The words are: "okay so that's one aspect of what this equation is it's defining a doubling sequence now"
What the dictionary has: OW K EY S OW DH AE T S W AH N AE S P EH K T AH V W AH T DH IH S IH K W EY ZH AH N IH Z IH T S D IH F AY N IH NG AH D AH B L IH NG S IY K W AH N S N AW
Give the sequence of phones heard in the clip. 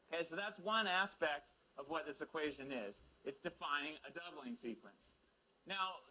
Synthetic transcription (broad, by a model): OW K EY S OW DH AE T S W AH N AE S P EH K T AH V W AH T DH IH S IH K W EY ZH AH N IH Z IH T S D IH F AY N IH NG AH D AH B L IH NG S IY K W AH N S N AW